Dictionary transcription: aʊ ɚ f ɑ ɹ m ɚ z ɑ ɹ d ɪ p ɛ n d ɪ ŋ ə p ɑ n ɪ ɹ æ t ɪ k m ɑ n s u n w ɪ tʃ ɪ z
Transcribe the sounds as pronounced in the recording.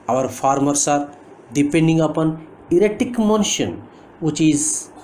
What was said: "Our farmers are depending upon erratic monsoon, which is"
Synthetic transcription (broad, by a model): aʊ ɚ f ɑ ɹ m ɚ s ɑ ɹ d ɪ p ɛ n d ɪ ŋ ə p ɑ n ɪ ɹ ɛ t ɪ k m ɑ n ʃ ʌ n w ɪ tʃ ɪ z